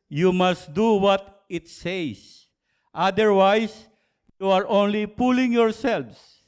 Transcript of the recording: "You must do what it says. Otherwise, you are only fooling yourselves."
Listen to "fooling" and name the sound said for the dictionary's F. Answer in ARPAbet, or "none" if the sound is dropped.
P